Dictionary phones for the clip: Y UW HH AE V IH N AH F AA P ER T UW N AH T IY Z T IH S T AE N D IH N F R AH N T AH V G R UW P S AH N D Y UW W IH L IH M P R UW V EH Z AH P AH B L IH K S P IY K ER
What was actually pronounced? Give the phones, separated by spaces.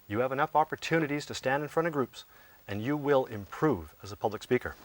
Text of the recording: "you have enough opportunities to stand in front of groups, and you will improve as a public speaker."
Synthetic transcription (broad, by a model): Y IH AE V IH N AH F AA P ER T UW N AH T IY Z T IH S T AE N D IH N F R AH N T AH V G R UW P S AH N Y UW W IH L IH M P R UW V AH Z AH P AH B L IH K S P IY K ER